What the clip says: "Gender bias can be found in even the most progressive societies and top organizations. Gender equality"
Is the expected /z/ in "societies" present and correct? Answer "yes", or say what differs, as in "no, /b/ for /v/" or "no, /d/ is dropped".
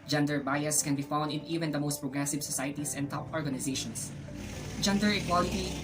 no, /s/ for /z/